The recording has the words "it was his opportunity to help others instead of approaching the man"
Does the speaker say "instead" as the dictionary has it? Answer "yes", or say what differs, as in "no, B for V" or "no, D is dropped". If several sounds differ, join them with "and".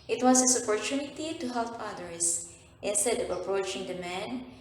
yes